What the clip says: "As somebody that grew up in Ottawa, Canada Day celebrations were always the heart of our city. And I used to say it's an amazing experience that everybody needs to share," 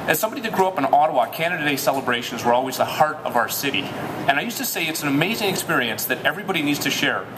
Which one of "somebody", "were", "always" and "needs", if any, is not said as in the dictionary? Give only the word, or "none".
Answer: none